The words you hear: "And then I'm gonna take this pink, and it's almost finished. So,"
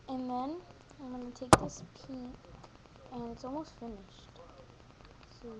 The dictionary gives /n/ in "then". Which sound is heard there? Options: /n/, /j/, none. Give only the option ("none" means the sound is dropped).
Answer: /n/